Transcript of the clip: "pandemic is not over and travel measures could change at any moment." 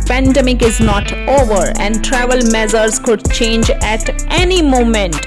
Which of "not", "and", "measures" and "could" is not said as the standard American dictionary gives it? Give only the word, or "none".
measures